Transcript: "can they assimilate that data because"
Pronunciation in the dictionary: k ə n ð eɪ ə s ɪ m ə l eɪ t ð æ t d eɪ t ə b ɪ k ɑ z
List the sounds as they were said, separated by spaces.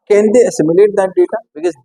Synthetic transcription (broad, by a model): k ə n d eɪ ə s ɪ m ə l eɪ t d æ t d eɪ t ə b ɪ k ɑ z